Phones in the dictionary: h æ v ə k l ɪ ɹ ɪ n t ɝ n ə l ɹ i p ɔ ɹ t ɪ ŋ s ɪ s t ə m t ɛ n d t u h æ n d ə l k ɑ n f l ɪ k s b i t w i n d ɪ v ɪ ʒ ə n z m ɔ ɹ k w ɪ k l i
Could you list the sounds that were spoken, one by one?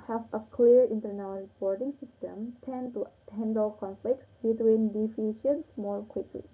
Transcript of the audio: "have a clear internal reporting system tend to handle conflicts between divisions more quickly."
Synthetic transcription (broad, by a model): h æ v ə k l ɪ ɹ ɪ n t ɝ n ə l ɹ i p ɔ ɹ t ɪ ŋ s ɪ s t ə m t ɛ n d t u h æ n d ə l k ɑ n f l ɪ k s b i t w i n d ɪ f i ʃ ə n s m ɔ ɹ k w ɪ k l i